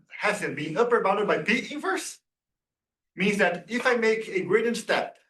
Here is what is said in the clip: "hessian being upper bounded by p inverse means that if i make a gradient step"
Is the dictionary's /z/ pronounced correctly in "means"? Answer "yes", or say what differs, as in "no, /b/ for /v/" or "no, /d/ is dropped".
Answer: yes